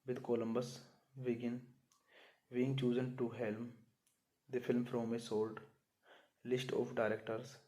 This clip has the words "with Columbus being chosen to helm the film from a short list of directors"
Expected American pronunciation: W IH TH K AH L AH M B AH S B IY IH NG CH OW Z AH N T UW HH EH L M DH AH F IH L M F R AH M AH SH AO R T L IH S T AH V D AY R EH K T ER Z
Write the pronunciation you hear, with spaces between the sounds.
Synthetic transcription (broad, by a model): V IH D K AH L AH M B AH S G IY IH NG CH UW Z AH N T UW HH EH L M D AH F IH L M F R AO M AH S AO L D L IH S T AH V D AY R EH K T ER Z